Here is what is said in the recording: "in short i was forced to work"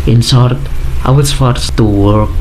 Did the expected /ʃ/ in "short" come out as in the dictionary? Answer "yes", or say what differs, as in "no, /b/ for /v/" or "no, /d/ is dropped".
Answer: no, /s/ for /ʃ/